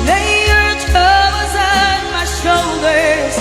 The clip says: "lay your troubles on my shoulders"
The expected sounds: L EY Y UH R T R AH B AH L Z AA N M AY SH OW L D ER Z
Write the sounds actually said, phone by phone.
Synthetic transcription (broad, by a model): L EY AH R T AH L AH Z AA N M AY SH OW L D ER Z